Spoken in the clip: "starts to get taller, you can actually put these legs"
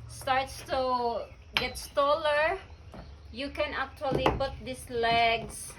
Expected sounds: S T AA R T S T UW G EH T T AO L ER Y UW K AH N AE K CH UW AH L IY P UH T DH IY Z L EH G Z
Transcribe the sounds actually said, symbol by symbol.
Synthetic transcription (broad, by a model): S T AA R T S T UW G EH T T AO L ER Y UW K AH N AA K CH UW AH L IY P UH T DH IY S L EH G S